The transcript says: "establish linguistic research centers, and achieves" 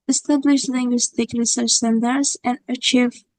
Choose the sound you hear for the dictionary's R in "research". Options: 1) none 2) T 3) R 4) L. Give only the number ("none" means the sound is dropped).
4